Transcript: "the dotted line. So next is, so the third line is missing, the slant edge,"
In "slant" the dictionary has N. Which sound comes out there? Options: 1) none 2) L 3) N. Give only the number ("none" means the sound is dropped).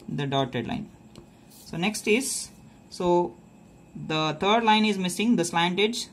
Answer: 3